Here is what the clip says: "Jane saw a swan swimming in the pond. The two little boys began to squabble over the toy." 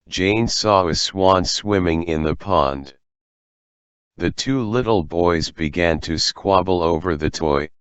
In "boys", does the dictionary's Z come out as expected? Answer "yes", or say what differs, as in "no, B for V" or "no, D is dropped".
yes